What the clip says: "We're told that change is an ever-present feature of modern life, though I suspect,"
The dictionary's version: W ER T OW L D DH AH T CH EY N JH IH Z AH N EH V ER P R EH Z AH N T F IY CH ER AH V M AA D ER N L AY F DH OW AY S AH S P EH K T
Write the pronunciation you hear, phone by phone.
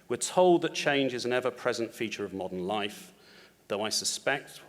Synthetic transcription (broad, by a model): W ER T OW L D DH AH T CH EY N JH IH Z AH N EH V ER P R EH Z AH N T F IY CH ER AH V M AA D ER N L AY F DH OW AY S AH S P EH K T